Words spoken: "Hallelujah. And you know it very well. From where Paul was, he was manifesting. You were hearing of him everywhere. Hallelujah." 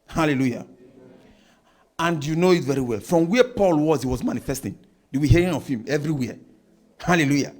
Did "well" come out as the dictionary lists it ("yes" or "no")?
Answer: yes